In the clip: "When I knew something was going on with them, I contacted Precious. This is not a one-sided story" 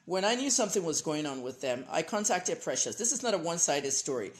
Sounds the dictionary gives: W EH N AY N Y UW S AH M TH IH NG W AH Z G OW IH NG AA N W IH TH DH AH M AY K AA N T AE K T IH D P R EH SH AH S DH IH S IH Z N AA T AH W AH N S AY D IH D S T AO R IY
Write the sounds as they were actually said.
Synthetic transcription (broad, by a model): W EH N AY N Y UW S AH M TH IH NG W AH Z G OW IH NG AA N W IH DH AH M AY K AA N T AE K T IH D P R EH SH AH S DH IH S IH Z N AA T AH W AH N S AY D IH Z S T AO R IY